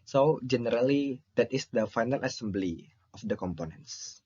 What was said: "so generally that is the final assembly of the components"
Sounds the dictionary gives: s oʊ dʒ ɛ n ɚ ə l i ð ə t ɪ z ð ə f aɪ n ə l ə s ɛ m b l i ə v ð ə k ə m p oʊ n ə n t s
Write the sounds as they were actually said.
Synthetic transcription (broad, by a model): s oʊ dʒ ɛ n ɚ ə l i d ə t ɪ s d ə f aɪ n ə l ə s ɛ m b l i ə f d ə k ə m p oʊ n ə n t s